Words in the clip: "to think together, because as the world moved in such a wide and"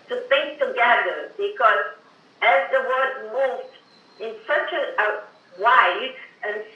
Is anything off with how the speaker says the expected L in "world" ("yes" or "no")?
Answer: yes